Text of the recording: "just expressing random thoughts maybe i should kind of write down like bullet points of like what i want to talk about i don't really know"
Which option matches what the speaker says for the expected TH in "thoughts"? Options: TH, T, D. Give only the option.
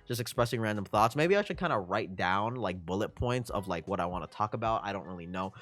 TH